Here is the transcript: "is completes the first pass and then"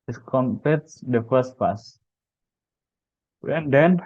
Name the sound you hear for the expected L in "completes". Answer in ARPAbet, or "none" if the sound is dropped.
none